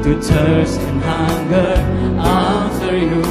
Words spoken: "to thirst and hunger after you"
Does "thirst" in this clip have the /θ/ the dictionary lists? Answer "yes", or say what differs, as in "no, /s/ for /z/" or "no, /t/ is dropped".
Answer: no, /t/ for /θ/